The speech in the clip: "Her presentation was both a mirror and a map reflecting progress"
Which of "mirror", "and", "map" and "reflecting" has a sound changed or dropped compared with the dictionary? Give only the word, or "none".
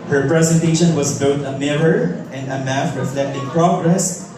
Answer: map